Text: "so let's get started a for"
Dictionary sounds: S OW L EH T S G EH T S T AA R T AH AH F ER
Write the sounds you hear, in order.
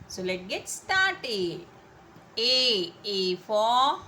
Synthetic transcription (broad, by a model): S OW L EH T G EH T S T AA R T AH AH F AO